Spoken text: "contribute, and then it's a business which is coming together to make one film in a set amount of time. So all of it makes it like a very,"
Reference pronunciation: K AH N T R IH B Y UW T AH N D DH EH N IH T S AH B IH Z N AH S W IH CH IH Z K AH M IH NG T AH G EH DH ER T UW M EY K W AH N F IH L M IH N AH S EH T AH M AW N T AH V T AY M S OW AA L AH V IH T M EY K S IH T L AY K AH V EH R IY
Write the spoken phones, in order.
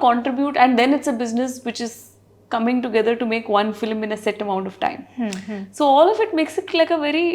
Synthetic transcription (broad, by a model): K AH N T R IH B Y UW T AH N D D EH N IH T S AH B IH Z N AH S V IH CH IH Z K AH M IH NG T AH G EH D ER T UW M EY K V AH N F IH L M IH N AH S EH T AH M AW N T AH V T AY M S OW AA L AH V IH T M EY K S IH T L AY K AH V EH R IY